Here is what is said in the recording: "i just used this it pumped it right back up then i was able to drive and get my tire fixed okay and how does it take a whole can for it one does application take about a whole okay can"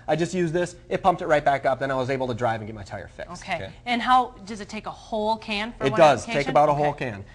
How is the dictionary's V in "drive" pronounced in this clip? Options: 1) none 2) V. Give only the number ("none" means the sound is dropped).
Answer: 2